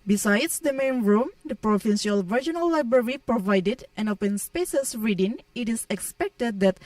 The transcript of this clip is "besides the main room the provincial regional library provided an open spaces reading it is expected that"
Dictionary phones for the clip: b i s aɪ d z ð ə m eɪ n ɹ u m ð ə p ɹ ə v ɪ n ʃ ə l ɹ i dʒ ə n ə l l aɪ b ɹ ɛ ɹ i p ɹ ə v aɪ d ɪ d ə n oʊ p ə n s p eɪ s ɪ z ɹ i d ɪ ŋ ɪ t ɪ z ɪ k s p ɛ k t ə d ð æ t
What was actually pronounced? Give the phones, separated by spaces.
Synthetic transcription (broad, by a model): b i s aɪ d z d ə m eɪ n ɹ u m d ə p ɹ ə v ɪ n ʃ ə l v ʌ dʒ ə n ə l l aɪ b ɹ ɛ ɹ i p ɹ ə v aɪ d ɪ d ə n oʊ p ə n s p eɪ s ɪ s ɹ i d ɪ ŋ ɪ t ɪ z ɪ k s p ɛ k t ə d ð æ t